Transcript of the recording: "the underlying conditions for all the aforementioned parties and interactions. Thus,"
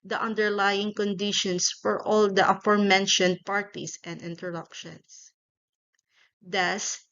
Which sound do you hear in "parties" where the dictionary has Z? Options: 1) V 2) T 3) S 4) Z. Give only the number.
3